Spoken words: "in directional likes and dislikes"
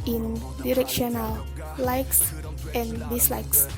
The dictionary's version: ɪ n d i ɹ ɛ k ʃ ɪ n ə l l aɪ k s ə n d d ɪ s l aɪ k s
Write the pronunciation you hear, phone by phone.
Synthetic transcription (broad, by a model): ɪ n d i ɹ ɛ k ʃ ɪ n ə l l aɪ k s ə n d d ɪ s l aɪ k s